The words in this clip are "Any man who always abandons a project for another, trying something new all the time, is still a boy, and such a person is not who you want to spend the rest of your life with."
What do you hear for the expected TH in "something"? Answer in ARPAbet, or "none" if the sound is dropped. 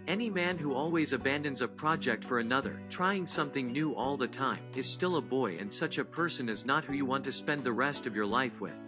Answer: TH